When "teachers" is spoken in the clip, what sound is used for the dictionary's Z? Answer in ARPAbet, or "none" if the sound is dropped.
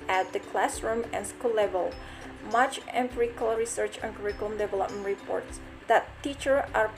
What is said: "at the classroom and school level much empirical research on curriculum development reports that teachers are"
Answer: none